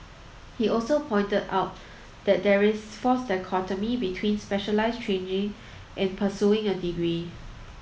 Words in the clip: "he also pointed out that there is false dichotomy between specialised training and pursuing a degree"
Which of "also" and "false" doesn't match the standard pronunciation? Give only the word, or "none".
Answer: false